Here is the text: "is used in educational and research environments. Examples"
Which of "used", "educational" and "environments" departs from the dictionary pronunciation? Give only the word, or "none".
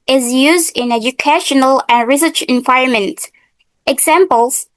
environments